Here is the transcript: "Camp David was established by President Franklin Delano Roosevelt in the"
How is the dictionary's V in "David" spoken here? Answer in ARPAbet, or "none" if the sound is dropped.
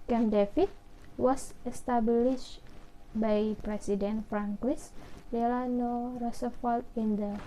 F